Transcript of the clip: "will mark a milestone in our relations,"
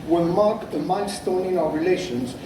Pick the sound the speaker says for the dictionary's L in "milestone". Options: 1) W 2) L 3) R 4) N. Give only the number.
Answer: 4